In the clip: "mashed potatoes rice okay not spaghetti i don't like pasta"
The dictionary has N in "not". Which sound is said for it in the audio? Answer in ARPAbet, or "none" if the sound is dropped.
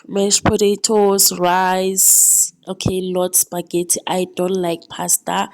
L